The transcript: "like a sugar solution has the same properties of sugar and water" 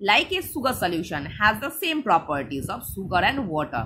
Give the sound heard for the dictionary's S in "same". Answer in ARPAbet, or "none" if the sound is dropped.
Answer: S